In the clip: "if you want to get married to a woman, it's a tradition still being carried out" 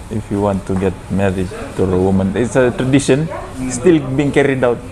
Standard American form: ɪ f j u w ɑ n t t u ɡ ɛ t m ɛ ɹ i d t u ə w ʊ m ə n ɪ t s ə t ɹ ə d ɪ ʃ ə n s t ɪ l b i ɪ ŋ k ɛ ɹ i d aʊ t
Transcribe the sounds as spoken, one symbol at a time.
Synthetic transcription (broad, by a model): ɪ f j u w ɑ n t t u ɡ ɛ t m ɛ ɹ i d t u ə w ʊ m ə n ɪ t s ə t ɹ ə d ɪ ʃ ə n s t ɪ l b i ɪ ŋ k ɛ ɹ i d aʊ t